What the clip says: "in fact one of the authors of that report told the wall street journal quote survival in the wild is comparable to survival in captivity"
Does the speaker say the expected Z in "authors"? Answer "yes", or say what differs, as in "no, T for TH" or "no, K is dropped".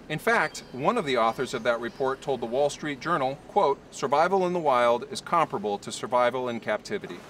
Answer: yes